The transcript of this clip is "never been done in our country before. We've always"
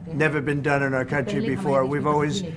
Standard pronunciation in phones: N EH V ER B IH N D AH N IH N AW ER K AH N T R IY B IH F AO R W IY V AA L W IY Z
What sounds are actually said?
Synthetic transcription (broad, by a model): N EH V ER B IH N D AH N IH N AW ER K AH N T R IY B IH F AO R W IY V AA L W IY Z